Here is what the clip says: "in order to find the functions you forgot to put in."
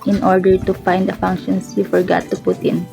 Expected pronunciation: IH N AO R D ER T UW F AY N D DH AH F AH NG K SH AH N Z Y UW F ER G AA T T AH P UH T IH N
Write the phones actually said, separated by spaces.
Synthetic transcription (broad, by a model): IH N AO R D ER T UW F AY N D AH F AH NG K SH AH N S Y UW F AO G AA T T AH P UH T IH N